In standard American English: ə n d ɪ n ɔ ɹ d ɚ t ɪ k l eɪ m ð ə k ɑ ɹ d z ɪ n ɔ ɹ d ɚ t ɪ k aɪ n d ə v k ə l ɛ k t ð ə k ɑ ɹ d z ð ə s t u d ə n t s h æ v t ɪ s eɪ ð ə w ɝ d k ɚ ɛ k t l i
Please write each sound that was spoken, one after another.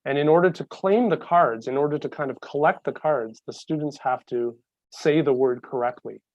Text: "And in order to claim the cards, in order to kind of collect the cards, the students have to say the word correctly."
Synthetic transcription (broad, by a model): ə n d ɪ n ɔ ɹ d ɚ t ɪ k l eɪ m ð ə k ɑ ɹ d z ɪ n ɔ ɹ d ɚ t ɪ k aɪ n d ə v k ə l ɛ k t ð ə k ɑ ɹ d z ð ə s t u d n t s h æ f t ɪ s eɪ ð ə w ɝ d k ɚ ɛ k t l i